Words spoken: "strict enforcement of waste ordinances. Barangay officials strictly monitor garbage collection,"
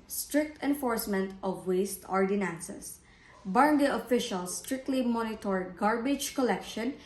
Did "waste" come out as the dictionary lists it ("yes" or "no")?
yes